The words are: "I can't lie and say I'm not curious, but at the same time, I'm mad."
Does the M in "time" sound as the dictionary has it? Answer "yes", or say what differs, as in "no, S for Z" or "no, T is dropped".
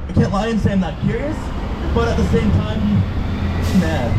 no, M is dropped